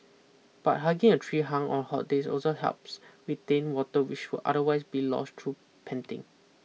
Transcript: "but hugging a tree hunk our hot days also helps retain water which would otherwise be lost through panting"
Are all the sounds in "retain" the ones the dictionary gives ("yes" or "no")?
no